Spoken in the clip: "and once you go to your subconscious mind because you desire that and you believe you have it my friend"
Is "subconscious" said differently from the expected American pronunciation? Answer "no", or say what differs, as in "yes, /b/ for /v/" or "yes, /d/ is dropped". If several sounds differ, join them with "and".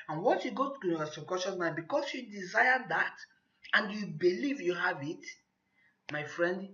yes, /n/ is dropped